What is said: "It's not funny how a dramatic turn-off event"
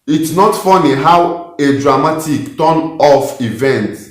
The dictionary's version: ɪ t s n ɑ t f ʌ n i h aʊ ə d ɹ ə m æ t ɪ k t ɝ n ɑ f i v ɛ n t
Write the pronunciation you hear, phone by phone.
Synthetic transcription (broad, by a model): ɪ t s n ɑ t f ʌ n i h aʊ ə d ɹ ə m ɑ t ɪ k t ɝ n ɑ f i v ɛ n t